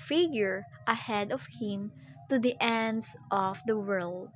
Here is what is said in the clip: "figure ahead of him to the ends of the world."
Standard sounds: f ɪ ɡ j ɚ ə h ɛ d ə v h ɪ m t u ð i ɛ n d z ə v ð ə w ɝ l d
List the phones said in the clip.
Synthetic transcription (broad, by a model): f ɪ ɡ j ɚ ə h ɛ d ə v h ɪ m t u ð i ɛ n d s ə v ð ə w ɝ l d